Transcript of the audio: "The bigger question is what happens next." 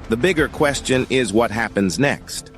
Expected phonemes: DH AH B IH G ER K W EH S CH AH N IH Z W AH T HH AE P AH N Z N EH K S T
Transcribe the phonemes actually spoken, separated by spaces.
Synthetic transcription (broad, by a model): DH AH B IH G ER K W EH S CH AH N IH Z W AH T HH AE P AH N Z N EH K S T